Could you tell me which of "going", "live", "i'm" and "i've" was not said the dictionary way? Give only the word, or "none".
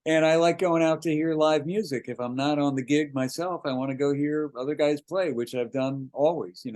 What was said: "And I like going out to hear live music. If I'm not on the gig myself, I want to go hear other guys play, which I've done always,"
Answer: none